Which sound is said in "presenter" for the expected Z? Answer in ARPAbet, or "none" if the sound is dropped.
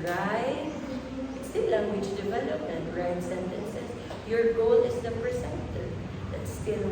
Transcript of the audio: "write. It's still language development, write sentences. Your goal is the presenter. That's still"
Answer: S